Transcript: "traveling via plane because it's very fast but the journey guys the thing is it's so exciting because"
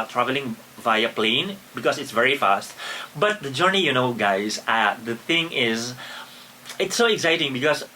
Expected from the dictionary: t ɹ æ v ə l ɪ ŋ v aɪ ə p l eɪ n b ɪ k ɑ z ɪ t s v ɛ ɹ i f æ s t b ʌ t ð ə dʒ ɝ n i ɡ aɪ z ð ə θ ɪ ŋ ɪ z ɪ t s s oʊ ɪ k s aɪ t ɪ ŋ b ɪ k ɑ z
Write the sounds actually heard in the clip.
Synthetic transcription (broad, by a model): t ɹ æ v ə l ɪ ŋ v aɪ ə p l eɪ n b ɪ k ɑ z ɪ t s v ɛ ɹ i f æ s t b ʌ t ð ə dʒ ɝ n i ɡ aɪ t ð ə θ ɪ ŋ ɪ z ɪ t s s oʊ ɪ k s aɪ t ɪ ŋ b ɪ k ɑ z